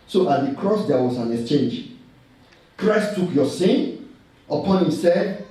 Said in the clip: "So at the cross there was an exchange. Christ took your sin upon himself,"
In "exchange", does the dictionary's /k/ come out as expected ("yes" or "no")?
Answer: yes